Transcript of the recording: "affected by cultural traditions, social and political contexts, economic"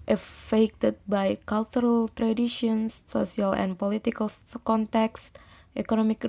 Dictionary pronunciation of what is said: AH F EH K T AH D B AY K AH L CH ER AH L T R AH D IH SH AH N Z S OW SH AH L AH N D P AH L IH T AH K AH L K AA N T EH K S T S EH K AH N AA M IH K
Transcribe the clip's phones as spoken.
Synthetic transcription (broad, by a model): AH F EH K T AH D B AY K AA L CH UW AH L T R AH D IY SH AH N S OW S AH L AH N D P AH L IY T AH K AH L K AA N T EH K S T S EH K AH N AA M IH K